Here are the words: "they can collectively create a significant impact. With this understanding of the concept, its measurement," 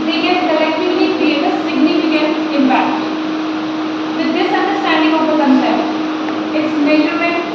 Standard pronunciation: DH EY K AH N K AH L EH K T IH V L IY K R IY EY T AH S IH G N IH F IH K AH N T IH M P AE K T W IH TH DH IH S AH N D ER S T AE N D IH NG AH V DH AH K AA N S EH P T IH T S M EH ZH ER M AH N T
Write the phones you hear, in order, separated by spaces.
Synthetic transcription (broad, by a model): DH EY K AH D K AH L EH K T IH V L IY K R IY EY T AH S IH G N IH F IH K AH N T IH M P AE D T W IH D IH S AH N D ER S T AE N D IH NG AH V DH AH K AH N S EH T IH T S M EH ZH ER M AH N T